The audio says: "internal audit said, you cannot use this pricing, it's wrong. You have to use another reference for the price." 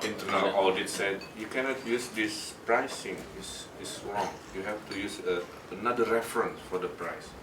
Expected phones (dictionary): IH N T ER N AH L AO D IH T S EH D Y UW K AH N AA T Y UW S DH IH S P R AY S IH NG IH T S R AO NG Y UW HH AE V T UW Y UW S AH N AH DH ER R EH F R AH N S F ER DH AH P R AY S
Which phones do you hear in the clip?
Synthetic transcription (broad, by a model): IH N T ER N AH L AO D IH T S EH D Y UW K AH N AA T Y UW S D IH S P R AY S IH NG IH S S R AO NG Y UW HH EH F T UW Y UW S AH N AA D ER R EH F R AH N S F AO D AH P R AY S